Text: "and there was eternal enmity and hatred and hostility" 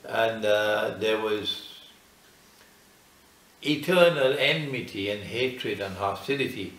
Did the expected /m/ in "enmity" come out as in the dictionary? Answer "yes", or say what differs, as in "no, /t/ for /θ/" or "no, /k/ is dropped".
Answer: yes